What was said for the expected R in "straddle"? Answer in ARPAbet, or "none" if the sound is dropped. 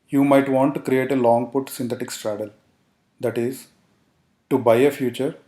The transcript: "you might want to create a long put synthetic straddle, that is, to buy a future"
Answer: R